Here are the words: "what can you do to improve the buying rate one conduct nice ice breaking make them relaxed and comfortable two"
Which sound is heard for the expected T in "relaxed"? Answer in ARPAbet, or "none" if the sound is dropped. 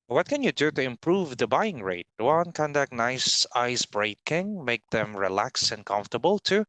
none